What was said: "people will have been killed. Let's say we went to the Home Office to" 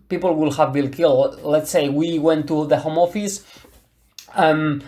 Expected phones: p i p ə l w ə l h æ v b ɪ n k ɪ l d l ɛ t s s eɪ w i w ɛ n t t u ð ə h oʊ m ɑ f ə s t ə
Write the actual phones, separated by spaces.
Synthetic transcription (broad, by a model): p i p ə l w ə l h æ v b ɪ l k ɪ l l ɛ t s s eɪ w i w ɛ n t t u ð ə h oʊ m ɑ f ə s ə